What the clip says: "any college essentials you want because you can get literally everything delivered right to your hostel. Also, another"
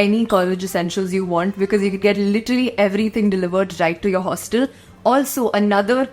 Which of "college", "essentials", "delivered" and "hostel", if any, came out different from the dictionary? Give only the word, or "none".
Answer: none